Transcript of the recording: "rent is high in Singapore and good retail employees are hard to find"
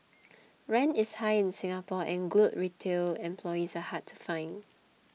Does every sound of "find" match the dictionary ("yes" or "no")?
no